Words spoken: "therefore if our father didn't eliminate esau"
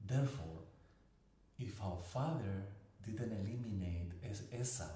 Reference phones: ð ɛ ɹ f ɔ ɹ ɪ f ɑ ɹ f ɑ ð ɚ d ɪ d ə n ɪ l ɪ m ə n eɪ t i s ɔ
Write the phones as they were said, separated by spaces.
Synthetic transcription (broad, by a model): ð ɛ ɹ f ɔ ɹ ɪ f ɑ w f ɑ ð ɚ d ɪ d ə n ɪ l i m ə n eɪ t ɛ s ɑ